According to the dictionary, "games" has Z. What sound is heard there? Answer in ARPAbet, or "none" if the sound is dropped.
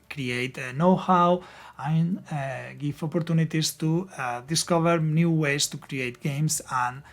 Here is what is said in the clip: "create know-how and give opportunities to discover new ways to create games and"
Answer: S